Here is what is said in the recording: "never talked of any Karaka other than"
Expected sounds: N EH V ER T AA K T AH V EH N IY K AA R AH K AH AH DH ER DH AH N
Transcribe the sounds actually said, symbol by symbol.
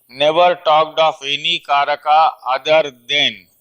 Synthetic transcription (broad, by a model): N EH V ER T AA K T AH F EH N IY K AA R AH K AH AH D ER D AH N